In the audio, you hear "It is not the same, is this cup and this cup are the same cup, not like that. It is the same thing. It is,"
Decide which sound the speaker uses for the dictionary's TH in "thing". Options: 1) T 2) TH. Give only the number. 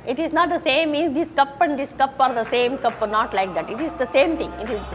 1